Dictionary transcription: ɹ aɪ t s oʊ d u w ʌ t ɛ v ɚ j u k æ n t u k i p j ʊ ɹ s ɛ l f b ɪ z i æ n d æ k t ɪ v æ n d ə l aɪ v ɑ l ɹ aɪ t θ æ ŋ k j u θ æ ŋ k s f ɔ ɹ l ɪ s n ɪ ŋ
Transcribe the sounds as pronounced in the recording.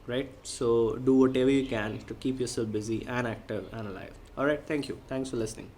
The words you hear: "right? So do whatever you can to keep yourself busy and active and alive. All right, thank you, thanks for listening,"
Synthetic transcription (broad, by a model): ɹ aɪ t s oʊ d u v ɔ t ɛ v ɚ j u k æ n t u k i p j ʊ ɹ s ɛ l f b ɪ z i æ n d æ k t ɪ v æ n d ə l aɪ v ɑ l ɹ aɪ t t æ ŋ k j u t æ ŋ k s f ɔ ɹ l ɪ s n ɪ ŋ